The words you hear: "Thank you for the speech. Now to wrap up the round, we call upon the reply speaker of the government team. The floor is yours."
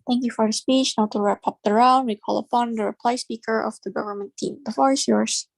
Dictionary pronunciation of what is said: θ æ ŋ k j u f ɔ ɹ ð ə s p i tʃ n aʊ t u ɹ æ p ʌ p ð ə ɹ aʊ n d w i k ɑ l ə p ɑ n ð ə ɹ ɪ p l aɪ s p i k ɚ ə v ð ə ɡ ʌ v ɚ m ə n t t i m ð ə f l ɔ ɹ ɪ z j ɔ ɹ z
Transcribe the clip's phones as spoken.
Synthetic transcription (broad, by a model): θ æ ŋ k j u f ɔ ɹ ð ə s p i tʃ n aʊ t u ɹ æ p ʌ p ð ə ɹ aʊ n d w i k ɑ l ə p ɑ n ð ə ɹ ɪ p l aɪ s p i k ɚ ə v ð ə ɡ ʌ v ɚ m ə n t t i m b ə f ɔ ɹ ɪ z j ɔ ɹ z